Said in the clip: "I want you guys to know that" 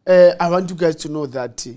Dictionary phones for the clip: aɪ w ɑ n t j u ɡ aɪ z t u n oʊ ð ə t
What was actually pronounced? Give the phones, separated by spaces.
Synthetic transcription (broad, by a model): aɪ w ɑ n t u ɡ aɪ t t u n oʊ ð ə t